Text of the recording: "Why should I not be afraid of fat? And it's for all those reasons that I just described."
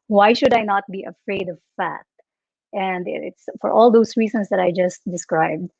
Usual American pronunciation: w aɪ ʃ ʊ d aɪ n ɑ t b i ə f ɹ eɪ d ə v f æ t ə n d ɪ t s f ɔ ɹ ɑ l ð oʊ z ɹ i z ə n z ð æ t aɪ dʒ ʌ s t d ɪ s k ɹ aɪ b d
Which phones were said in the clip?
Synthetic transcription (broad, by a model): w aɪ ʃ ʊ d aɪ n ɑ t b i ə f ɹ eɪ d ə v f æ t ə n d ɪ t s f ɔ ɹ ɑ l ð oʊ s ɹ i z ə n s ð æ t aɪ dʒ ʌ s t d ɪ s k ɹ aɪ b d